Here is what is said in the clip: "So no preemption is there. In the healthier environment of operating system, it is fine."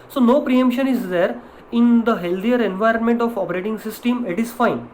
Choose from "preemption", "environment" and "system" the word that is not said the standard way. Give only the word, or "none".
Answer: none